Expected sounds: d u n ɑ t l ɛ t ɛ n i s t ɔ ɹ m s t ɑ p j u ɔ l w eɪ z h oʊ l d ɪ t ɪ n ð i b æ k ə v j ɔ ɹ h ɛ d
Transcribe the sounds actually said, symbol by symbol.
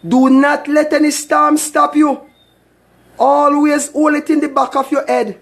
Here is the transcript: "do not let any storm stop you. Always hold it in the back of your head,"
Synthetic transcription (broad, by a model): d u n ɑ t l ɛ t ɛ n i s t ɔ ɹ m s t ɑ p j u ɔ l w eɪ z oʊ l ɪ t ɪ n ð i b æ k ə f j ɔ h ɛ d